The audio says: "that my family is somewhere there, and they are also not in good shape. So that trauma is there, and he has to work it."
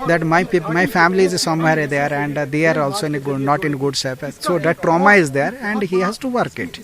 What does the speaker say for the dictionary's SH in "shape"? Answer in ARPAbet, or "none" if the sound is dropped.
S